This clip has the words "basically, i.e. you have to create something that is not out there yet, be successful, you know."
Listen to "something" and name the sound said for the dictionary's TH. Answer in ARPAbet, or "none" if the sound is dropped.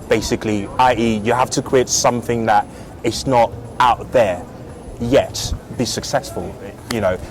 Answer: TH